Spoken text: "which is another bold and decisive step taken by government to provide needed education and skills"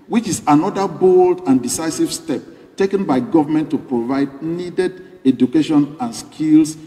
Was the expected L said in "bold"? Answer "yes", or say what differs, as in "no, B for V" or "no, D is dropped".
yes